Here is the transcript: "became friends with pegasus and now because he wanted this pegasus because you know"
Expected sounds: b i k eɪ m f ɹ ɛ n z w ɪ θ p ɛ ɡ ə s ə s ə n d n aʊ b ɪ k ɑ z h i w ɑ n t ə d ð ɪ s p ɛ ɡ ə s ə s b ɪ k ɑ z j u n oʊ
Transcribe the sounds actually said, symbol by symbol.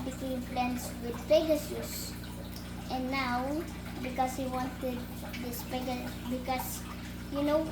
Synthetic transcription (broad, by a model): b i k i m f l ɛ n s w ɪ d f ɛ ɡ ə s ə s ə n n aʊ b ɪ k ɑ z h i w ɑ n t ə d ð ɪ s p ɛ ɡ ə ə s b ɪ k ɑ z j u n oʊ